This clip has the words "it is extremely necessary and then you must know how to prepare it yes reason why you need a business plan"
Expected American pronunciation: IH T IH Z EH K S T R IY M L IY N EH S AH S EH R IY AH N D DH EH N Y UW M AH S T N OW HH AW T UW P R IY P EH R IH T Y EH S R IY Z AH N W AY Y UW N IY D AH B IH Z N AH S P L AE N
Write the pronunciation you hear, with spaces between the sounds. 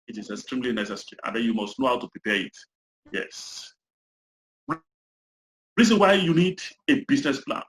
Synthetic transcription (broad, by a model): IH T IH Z EH K S T R IY M L IY N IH S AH S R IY AH N D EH N Y UW M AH S T N OW HH AW T UW P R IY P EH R IH T Y EH S R IY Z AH N W AY Y UW N IY D AH B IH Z N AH S P L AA N